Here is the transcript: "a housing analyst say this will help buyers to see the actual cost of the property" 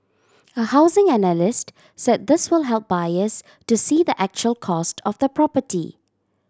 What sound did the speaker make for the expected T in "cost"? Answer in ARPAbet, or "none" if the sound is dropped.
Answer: T